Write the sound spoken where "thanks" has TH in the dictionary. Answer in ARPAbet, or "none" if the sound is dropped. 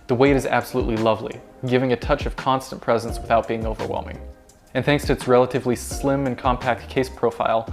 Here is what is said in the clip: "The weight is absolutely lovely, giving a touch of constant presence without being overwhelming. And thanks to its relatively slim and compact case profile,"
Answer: TH